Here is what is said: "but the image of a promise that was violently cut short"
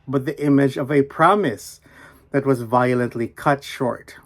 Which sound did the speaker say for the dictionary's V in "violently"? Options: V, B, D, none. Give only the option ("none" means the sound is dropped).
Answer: V